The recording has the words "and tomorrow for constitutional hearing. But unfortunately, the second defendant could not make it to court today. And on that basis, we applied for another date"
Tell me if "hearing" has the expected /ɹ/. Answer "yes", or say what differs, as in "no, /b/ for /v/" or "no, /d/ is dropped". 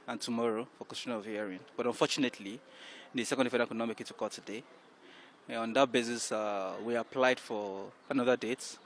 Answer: no, /ɹ/ is dropped